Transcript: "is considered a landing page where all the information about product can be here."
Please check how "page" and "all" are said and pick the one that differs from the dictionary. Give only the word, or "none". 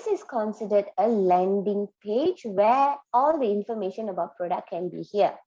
none